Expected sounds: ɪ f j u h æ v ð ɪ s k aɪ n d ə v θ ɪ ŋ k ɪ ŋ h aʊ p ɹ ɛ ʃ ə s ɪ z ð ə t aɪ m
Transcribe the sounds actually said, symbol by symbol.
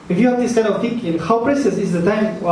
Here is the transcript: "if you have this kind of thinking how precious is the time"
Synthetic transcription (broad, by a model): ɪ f j u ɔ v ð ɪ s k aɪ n ə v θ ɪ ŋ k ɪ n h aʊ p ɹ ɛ s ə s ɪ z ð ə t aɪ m